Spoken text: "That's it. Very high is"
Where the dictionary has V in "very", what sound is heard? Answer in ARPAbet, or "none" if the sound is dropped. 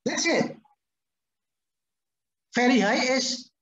F